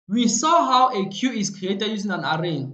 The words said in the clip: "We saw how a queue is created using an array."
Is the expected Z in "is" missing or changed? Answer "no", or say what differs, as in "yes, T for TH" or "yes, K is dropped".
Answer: yes, S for Z